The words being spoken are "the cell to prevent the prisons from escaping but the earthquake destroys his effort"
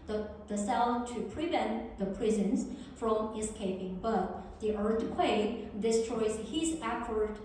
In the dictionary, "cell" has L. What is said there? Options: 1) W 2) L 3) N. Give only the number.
3